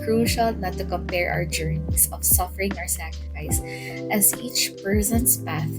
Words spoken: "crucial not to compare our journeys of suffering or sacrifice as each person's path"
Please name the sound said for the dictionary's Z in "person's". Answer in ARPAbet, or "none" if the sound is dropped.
S